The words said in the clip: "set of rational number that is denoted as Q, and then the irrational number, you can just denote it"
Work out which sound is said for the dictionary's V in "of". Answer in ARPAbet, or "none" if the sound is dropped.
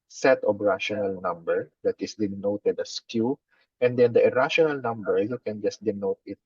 B